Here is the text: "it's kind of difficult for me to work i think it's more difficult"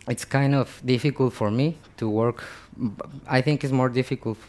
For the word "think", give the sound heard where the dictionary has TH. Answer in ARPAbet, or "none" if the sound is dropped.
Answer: TH